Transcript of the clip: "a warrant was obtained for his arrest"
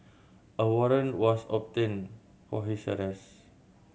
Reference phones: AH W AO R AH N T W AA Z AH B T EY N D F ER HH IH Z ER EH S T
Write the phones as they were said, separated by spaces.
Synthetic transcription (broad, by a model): AH W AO R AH N W AA S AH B T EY N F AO HH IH S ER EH S